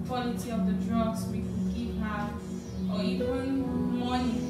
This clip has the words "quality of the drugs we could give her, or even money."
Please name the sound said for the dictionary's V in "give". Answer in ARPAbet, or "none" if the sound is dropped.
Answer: P